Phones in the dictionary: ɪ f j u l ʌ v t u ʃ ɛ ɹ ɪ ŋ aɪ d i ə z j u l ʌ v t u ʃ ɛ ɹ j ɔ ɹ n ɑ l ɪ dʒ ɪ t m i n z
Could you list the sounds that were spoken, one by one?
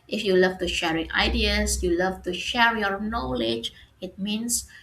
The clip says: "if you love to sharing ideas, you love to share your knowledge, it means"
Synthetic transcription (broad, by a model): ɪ f j u l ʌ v t u ʃ ɛ ɹ ɪ ŋ aɪ d i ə s j u l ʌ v t u ʃ ɛ ɹ j ɔ ɹ n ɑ l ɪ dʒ ɪ t m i n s